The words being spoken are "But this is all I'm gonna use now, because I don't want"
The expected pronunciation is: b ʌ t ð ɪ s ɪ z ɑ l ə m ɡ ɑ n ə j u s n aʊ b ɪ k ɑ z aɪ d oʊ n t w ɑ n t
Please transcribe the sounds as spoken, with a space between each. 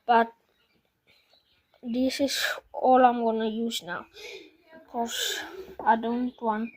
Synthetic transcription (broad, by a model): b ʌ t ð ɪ s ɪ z ɑ l ə m ɡ ɑ n ə j u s n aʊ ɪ k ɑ s aɪ d oʊ n t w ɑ n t